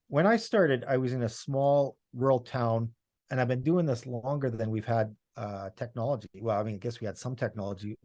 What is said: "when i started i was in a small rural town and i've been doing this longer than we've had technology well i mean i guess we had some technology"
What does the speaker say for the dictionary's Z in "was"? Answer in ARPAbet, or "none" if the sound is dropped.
Z